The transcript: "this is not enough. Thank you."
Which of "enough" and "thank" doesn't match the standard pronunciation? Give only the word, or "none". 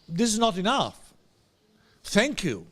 none